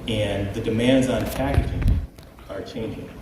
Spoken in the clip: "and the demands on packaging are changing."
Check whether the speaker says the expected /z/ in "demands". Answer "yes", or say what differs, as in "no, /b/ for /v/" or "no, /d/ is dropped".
yes